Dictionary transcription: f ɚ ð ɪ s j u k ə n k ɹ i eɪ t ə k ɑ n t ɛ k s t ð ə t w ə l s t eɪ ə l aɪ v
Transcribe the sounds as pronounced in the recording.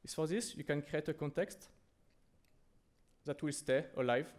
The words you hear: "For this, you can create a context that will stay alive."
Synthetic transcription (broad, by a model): f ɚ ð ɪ s j u k ə n k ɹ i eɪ t ə k ɑ n t ɛ k s t ð ə t w ə l s t eɪ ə l aɪ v